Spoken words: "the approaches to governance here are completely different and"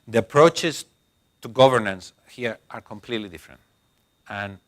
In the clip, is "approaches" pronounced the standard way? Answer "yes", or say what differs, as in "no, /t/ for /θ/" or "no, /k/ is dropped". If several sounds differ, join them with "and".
no, /s/ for /z/